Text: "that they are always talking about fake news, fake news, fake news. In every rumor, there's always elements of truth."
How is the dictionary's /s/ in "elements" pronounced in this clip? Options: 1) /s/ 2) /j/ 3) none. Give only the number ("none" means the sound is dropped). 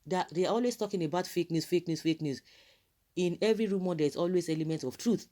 3